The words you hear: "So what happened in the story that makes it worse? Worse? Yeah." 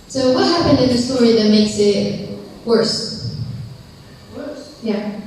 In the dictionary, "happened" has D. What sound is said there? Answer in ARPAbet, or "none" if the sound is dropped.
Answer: D